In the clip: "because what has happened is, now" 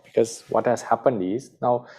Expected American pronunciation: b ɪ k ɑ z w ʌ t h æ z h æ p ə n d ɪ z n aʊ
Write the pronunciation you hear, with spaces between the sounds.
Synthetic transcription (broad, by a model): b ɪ k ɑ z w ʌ t h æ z h æ p ə n d ɪ z n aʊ